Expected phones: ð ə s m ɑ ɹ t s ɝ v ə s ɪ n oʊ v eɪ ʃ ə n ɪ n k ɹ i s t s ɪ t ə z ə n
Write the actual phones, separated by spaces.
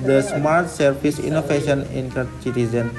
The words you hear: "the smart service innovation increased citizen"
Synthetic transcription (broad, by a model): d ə s m ɑ ɹ t s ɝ p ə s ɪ n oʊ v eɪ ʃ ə n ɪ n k ʌ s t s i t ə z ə n